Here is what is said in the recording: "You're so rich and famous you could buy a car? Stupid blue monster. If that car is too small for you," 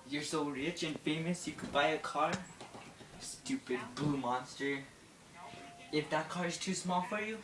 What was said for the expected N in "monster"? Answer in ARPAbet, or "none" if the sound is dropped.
N